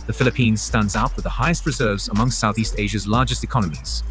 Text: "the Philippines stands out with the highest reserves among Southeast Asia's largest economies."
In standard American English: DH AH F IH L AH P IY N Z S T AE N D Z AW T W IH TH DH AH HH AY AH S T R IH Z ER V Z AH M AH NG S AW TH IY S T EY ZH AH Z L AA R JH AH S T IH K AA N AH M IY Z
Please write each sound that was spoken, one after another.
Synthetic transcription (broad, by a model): DH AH F IH L AH P IY N Z S T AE N D Z AW T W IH DH AH HH AY AH S T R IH Z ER V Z AH M AH NG S AW TH IY S T EY ZH AH Z L AA JH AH S T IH K AA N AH M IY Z